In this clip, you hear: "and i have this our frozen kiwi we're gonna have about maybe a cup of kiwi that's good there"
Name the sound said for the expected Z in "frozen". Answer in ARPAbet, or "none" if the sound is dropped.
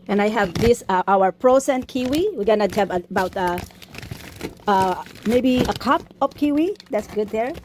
S